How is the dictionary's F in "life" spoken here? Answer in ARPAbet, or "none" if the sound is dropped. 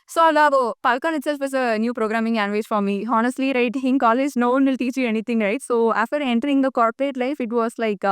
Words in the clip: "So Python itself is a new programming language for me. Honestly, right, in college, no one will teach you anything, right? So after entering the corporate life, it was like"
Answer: F